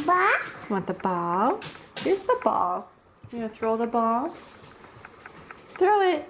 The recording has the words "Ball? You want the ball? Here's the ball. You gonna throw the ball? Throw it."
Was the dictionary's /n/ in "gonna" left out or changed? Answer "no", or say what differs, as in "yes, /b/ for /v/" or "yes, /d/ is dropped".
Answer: yes, /n/ is dropped